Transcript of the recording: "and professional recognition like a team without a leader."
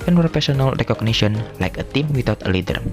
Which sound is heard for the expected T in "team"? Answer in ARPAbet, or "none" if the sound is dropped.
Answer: T